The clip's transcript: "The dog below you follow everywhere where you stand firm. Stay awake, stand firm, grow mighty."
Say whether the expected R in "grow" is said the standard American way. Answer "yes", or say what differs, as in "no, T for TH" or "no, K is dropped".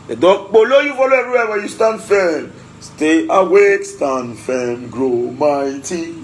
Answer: yes